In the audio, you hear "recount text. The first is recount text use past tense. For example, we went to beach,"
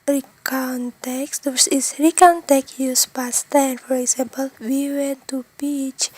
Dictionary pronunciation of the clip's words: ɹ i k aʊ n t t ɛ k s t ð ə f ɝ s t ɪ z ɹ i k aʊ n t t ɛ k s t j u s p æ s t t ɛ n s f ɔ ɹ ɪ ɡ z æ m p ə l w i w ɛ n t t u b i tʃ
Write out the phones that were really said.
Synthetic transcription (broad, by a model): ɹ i k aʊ n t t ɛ k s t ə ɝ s ɪ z ɹ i k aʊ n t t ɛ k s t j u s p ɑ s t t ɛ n f ɔ ɹ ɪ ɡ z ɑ m p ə l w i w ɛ n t t u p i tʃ